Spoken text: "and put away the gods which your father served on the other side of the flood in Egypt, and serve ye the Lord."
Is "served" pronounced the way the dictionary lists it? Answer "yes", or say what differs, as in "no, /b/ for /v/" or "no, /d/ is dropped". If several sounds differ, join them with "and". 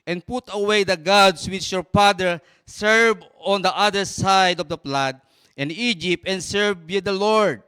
no, /d/ is dropped